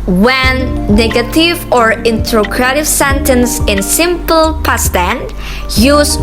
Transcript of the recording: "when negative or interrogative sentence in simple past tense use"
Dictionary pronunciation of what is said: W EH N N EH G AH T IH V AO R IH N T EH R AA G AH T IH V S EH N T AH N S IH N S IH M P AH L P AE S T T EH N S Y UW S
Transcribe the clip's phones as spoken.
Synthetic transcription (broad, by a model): W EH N N EH G AH T IH V AO R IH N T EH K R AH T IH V S EH N T AH N S IH N S IH M P AH L P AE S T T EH N Y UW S